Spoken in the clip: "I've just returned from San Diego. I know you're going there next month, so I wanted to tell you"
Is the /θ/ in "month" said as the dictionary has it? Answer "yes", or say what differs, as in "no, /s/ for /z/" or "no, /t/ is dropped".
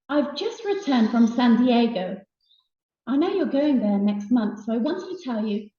yes